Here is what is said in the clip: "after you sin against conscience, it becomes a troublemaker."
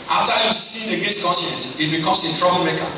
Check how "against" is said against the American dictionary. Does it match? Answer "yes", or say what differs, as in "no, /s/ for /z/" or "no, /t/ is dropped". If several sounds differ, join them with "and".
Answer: no, /n/ is dropped